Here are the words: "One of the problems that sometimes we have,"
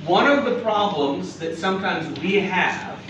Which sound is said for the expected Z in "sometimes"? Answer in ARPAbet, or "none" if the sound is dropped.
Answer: Z